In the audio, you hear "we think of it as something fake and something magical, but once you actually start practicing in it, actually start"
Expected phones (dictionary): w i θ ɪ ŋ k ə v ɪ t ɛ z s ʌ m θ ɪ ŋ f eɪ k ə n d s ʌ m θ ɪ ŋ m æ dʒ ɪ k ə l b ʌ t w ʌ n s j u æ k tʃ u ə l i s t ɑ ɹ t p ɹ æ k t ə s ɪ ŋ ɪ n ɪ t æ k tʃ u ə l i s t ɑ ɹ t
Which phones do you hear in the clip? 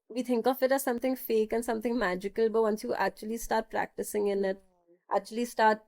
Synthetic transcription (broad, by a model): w i t ɪ ŋ k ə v ɪ t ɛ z s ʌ m t ɪ ŋ f eɪ k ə n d s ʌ m t ɪ ŋ m æ dʒ ɪ k ə l b ʌ t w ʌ n s j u æ k tʃ u ə l i s t ɑ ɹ t p ɹ æ k t ə s ɪ ŋ ɪ n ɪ t æ k tʃ u ə l i s t ɑ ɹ t